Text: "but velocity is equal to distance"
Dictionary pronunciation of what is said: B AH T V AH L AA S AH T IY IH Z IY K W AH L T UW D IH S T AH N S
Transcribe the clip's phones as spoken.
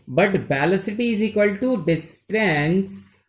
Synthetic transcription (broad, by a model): B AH T B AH L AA S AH T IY IH Z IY K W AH L T UW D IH S T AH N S